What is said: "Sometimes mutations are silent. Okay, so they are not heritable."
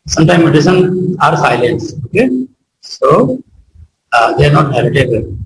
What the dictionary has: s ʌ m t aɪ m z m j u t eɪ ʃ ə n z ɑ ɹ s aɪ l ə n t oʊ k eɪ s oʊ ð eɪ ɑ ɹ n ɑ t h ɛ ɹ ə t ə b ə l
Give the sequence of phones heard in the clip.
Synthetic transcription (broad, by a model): s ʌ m t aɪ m m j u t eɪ s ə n ɑ ɹ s aɪ l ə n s oʊ k eɪ s oʊ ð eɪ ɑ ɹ n ɑ t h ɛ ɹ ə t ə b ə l